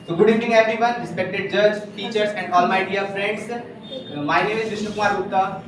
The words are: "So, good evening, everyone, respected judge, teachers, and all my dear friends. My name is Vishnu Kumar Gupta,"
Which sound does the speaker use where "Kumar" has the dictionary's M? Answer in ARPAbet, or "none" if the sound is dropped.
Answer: none